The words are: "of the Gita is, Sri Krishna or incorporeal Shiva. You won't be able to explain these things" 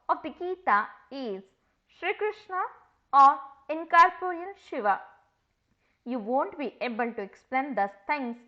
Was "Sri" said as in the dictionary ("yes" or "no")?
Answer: yes